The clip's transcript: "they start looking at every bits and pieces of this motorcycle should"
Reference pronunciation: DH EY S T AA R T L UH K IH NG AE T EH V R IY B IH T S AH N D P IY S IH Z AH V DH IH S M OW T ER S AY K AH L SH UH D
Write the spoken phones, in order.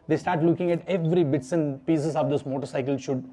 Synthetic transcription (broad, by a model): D EY S T AA R T L UH K IH NG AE T EH V R IY B IH T S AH N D P IY S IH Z AH V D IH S M OW T ER S AY K AH L SH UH D